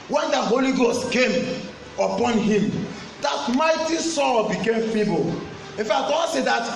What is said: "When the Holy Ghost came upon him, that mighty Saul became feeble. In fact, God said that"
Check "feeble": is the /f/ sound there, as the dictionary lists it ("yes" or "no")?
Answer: yes